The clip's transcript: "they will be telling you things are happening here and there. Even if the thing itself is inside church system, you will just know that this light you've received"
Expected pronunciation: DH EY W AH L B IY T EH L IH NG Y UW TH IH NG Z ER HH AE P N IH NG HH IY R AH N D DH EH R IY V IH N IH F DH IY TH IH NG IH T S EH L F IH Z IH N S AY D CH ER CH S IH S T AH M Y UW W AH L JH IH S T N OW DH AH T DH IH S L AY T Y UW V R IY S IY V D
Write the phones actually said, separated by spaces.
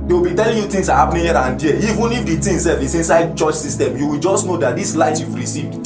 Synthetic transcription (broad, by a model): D EY W AH L B IY T EH L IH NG Y UW T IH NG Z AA HH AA P N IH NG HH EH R AH N D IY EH IY V IH N IH F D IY T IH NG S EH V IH S IH N S AY D CH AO CH S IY S T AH M Y UW W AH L JH IH S T N OW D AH T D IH S L AY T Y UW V R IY S IY V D